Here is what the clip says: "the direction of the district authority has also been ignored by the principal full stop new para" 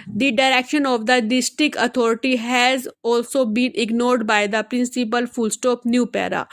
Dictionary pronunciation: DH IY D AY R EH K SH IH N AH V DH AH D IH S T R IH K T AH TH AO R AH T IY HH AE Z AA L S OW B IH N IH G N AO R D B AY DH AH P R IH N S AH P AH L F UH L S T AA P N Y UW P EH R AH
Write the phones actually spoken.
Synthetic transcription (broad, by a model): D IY D AY R EH K SH IH N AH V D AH D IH S T R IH K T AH T AO R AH T IY HH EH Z AA L S OW B IH N IH G N AO R D B AY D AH P R IH N S AH P AH L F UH L S T AA P N Y UW P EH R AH